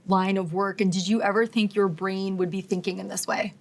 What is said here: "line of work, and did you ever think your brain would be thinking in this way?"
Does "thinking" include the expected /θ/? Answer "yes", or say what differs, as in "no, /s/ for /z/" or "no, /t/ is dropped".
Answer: yes